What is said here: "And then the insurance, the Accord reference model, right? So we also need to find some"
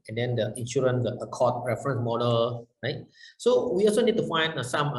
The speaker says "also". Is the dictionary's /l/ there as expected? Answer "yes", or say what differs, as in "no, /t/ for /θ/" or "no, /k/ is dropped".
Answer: yes